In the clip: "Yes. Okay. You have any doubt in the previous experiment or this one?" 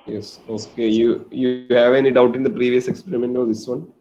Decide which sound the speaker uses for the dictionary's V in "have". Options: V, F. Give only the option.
V